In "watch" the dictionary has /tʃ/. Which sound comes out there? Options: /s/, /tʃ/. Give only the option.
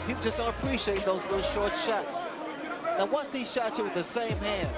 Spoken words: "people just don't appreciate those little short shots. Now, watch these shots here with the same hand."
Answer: /s/